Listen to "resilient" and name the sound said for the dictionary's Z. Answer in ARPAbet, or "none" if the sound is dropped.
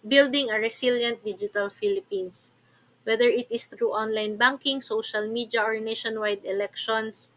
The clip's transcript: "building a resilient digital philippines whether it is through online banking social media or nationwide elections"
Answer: S